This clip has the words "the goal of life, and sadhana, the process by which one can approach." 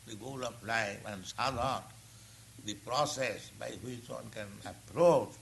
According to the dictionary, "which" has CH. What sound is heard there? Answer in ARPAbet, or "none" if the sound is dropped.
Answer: CH